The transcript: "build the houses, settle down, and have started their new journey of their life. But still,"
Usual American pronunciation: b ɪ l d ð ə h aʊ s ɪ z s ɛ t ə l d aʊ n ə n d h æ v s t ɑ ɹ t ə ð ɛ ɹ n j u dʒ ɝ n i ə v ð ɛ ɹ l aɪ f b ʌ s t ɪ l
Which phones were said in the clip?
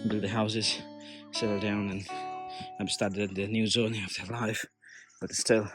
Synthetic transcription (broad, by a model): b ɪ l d ð ə h aʊ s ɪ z s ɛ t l d aʊ n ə n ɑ b s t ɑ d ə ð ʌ n j u z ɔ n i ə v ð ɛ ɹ l aɪ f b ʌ s t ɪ l